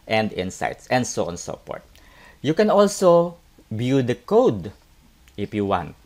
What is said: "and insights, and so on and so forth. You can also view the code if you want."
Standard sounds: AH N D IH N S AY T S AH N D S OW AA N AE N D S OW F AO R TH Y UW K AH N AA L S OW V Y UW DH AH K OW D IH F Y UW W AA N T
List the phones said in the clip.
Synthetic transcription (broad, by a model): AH N D IH N S AY T S AH N D S OW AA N N S OW P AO R T Y UW K AH N AA L S OW B Y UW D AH K OW D IH F Y UW W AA N T